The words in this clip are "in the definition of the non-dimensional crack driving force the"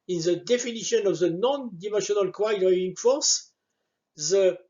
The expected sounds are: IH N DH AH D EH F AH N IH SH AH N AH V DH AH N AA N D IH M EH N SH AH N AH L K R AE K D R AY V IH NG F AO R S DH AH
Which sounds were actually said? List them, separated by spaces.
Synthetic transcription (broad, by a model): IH N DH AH D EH F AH N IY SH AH N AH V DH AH N AA N D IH M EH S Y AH N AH L K W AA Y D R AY IH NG F AO R S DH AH